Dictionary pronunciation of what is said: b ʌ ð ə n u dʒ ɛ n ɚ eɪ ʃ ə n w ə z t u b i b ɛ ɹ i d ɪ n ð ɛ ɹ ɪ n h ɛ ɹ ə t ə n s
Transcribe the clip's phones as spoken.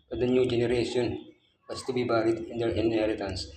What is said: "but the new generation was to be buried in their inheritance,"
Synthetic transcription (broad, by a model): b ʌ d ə n u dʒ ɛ n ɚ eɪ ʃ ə n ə s t u b i b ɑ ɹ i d ɪ n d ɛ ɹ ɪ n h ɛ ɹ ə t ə n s